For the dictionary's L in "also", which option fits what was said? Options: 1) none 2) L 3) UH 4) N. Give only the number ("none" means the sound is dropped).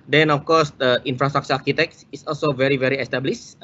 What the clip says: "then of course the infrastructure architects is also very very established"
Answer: 2